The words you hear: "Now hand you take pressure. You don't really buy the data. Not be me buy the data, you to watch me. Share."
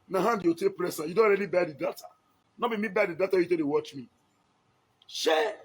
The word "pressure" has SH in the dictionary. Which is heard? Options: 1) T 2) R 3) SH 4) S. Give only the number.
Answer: 4